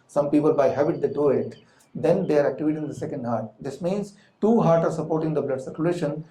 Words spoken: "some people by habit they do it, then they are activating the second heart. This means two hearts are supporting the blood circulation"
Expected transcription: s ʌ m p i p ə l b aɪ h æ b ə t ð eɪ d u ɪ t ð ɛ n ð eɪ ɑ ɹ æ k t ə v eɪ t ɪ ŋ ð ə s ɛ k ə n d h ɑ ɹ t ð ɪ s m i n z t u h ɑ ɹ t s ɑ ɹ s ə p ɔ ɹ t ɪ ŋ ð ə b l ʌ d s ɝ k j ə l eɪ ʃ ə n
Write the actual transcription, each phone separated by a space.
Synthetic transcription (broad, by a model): s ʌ m p i p ə l b aɪ h æ b ə t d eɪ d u ɪ t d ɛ n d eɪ ɑ ɹ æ k t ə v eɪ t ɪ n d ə s ɛ k ə n d h ɑ ɹ t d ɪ s m i n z t u h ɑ ɹ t ɑ ɹ s ə p ɔ ɹ t ɪ ŋ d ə b l ʌ d s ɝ k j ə l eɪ ʃ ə n